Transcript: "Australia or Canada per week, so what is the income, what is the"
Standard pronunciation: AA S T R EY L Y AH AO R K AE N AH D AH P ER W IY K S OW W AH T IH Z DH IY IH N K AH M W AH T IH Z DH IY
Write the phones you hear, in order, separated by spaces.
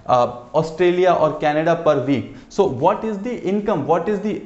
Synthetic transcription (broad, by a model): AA S T R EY L Y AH AO R K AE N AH D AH P ER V IY K S OW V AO T IH Z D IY IH N K AH M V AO T IH Z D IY